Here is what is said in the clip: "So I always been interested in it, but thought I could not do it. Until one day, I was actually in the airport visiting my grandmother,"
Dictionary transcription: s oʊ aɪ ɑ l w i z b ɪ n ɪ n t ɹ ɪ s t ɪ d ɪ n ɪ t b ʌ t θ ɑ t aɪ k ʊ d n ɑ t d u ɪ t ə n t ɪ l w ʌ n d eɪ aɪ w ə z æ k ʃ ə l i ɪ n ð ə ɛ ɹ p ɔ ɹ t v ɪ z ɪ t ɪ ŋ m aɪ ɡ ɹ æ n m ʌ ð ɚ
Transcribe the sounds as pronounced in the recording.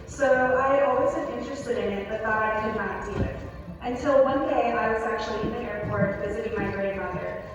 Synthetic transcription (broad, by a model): s oʊ aɪ ɑ l w i z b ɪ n ɪ n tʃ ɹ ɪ s t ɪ d ɪ n ɪ t b ʌ t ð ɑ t aɪ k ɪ d n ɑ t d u ɪ t ə n t ɪ l w ʌ n d eɪ aɪ w ə z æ k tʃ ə l i ɪ n ð ə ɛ ɹ p ɔ ɹ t v ɪ z ɪ t ɪ ŋ m aɪ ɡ ɹ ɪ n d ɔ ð ɚ